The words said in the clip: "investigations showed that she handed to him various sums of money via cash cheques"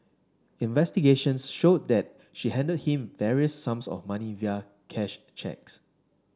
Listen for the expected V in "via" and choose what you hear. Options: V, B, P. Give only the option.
V